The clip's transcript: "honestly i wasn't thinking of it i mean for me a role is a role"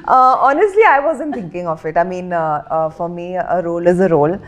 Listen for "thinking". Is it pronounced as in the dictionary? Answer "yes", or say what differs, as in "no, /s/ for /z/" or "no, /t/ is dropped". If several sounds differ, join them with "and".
no, /t/ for /θ/